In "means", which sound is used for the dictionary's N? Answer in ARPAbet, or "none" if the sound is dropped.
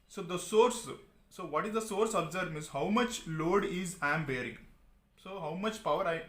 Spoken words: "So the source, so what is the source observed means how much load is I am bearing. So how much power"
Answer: none